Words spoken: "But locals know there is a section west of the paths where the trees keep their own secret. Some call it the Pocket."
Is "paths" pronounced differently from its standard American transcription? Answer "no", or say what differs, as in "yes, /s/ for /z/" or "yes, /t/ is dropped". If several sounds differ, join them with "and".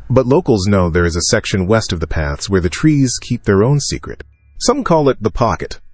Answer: no